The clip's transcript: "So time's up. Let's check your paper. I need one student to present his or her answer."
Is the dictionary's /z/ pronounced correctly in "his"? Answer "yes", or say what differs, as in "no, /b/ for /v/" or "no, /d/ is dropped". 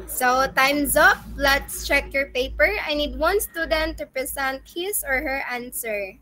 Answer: no, /s/ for /z/